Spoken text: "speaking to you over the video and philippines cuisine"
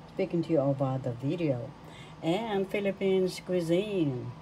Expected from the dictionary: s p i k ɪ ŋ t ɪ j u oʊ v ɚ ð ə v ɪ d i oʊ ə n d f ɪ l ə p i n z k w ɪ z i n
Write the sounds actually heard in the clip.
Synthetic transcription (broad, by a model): s p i k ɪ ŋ t ɪ j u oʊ b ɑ ð ə v ɪ d i oʊ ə n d f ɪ l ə p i n s k w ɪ z i n